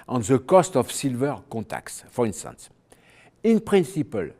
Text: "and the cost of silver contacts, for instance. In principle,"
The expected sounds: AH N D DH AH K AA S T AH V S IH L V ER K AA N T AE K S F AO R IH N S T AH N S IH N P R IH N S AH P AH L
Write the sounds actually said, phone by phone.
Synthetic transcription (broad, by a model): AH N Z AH K AA S T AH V S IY L V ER K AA T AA K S F AO R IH N S T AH N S IH N P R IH N S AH P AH L